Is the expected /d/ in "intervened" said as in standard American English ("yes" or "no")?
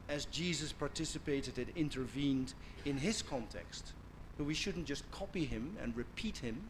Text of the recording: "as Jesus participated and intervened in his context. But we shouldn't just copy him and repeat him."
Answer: yes